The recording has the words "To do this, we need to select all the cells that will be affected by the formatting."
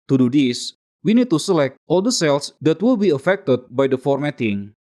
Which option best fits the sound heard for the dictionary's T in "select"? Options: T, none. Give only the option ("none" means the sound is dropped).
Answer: T